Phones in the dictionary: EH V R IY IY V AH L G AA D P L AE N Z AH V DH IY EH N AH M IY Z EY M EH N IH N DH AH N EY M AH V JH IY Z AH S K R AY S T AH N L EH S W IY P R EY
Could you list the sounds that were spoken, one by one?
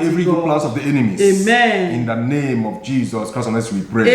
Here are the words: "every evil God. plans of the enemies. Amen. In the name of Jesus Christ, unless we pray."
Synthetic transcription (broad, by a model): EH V R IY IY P L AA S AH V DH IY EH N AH M IY EY M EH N IH N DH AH N EY M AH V JH IY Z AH S K R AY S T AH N EH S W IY P R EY